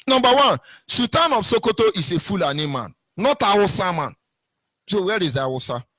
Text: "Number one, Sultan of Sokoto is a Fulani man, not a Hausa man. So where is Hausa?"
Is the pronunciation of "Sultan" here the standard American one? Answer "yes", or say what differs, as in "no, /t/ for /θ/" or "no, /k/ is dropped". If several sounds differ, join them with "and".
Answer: no, /l/ is dropped